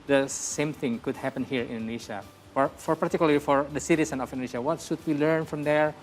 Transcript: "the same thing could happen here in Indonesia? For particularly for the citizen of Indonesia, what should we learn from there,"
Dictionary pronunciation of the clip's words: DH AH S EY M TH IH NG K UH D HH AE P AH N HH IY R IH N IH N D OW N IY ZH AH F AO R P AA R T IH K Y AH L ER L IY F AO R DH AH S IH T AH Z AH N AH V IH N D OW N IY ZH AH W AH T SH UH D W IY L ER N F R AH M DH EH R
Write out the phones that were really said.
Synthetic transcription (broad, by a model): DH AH S EY M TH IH NG K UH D HH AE P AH N HH IY R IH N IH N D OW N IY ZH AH F AO R F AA R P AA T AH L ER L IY F AO R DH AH S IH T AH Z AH N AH F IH N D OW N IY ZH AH W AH T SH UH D W IY L ER N F R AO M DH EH R